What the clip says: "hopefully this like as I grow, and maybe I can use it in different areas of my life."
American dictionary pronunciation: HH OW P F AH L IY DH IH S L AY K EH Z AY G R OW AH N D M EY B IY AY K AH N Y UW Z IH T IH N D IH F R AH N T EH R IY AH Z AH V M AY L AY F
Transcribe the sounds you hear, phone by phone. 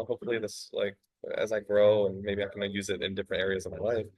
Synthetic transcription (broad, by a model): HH OW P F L IY DH IH S L AY K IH Z AY G R OW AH N M EY B IY AY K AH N Y UW Z IH T IH N D IH F R AH N T EH R IY AH Z AH V M AY L AY F